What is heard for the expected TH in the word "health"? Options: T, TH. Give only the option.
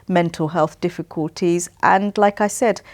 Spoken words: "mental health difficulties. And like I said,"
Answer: TH